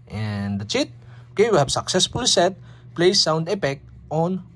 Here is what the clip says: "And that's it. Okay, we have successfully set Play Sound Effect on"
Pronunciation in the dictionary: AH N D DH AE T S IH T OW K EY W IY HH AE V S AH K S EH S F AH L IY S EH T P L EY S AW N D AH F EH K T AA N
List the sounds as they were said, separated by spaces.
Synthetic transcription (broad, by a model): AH N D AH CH IH T OW K EY W IY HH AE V S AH K S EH S F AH L S EH T P L EY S AW N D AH P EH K AA N